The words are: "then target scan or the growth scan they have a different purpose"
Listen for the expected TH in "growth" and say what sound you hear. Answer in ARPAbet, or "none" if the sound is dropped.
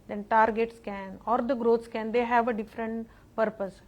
T